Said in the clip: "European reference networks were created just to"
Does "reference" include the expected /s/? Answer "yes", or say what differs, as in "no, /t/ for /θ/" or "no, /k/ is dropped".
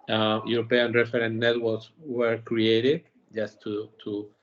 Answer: no, /s/ is dropped